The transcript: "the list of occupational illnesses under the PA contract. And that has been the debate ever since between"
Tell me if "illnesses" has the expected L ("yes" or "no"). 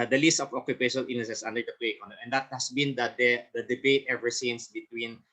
no